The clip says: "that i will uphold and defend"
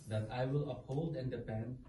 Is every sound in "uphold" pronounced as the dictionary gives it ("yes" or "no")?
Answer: yes